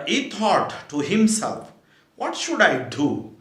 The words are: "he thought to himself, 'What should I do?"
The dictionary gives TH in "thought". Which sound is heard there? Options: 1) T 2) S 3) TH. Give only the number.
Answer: 1